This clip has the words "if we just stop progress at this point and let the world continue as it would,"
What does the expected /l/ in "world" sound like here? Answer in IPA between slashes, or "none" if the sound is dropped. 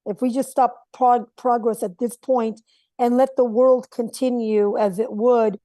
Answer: /l/